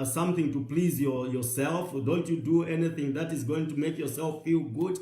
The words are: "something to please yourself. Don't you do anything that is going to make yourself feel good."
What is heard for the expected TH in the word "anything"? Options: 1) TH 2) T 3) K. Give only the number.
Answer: 1